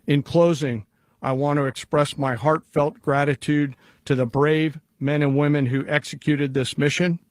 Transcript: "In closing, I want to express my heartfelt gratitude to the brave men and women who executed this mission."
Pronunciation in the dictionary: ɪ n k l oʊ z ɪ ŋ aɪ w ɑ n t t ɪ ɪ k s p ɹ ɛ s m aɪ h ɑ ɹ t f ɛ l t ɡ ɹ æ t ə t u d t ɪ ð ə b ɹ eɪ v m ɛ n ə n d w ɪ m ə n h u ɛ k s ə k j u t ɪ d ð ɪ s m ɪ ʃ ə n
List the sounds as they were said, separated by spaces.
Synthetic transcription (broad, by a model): ɪ n k l oʊ z ɪ ŋ aɪ w ɑ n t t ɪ ɪ k s p ɹ ɛ s m aɪ h ɑ ɹ t f ɛ l t ɡ ɹ æ t ə t u d t ɪ ð ə b ɹ eɪ v m ɛ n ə n w ɪ m ə n h u ɛ k s ə k j u t ɪ d ð ɪ s m ɪ ʃ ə n